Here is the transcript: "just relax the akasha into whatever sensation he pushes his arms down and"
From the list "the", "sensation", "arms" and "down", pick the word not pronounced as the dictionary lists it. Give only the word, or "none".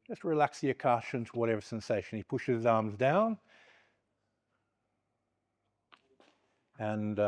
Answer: none